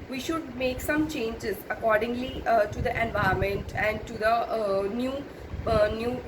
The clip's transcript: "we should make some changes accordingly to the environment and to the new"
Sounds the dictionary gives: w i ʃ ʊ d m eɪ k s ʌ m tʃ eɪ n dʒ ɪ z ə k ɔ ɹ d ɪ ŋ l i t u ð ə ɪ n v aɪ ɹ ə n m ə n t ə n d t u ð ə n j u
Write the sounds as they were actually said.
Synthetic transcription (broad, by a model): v i ʃ ʊ d m eɪ k s ʌ m tʃ eɪ n dʒ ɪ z ə k ɔ ɹ d ɪ ŋ l i t u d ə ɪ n v aɪ ə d m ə n t ə n d t u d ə n j u